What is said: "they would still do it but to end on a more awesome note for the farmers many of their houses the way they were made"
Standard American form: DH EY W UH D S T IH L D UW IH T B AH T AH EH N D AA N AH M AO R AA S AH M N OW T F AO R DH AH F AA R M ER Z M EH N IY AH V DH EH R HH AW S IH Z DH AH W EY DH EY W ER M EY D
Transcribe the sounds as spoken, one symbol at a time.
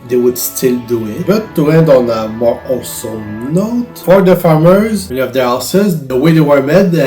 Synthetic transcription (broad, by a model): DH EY W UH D S T IH L D UW IH T B AH T AH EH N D AA N AH M AO R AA S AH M N OW T F AO R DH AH F AA R M ER Z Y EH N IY AH V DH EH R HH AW S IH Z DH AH W EY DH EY W ER M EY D